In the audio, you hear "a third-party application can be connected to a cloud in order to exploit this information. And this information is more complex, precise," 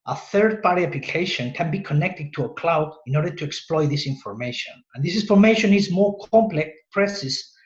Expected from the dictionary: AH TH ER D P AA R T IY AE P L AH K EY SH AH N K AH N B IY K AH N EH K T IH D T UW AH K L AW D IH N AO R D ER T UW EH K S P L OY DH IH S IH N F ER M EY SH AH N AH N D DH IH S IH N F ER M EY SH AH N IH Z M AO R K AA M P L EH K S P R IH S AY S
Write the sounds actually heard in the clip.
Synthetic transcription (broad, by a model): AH TH ER D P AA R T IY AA P L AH K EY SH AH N K AH N B IY K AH N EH K T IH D T UW AH K L AW D IH N AO R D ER T UW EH K S P L OY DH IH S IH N F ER M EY SH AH N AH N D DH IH S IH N F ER M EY SH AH N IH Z M AO R K AA M P L EH K S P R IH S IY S